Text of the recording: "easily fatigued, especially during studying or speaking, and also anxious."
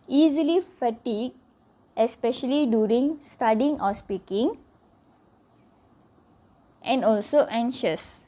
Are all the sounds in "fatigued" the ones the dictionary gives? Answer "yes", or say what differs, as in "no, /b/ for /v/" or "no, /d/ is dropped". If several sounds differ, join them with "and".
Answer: no, /d/ is dropped